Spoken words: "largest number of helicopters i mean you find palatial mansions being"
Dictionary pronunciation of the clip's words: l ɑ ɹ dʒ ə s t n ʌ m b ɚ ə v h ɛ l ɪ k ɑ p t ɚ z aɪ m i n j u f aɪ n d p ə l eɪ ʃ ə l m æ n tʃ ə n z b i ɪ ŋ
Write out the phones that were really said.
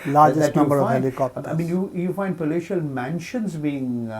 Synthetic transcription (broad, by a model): l ɑ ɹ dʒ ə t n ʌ b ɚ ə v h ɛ l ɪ k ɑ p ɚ aɪ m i n j u f aɪ n d p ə l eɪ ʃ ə l m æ n ʃ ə n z b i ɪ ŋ